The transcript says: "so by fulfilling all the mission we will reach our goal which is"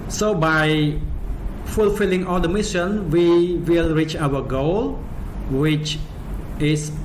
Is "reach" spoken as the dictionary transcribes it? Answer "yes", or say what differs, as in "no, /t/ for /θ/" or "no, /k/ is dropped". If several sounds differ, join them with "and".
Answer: yes